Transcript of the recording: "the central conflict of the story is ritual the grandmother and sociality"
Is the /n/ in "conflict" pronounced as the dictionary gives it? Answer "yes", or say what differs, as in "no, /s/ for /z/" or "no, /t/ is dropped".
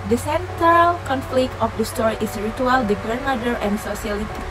yes